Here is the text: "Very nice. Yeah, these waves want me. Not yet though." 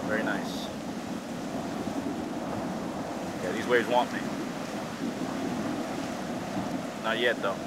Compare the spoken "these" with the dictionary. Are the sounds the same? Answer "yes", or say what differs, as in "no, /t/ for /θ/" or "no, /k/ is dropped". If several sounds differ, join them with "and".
yes